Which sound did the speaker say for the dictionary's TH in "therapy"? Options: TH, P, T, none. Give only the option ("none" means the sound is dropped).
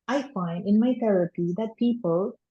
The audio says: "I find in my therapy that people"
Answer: T